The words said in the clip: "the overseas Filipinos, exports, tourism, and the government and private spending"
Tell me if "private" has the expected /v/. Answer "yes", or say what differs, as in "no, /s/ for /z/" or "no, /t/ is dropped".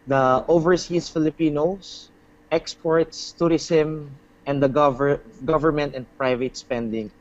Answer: yes